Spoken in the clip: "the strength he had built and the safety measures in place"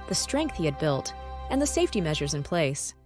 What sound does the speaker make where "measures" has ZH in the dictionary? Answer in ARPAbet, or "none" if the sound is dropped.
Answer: ZH